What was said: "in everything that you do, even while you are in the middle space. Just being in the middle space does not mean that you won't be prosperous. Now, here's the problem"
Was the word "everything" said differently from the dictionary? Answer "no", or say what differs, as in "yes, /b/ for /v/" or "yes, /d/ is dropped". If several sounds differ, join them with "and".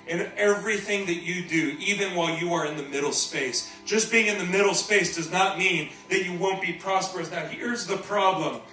no